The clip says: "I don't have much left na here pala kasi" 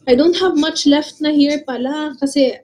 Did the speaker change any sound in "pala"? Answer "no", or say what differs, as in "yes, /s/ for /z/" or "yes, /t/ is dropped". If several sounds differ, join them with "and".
no